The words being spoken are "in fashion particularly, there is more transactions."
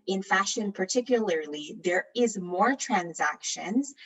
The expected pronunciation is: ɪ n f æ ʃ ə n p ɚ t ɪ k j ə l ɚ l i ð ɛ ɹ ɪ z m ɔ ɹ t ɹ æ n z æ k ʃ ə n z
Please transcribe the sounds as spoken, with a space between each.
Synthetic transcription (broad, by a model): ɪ n f æ ʃ ə n p ɚ t ɪ k j ə l ɚ l i ð ɛ ɹ ɪ z m ɔ ɹ t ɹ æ n z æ k ʃ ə n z